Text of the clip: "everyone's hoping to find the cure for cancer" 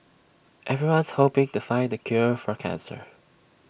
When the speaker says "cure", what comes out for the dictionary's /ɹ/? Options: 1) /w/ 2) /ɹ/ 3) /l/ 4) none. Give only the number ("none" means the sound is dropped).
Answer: 2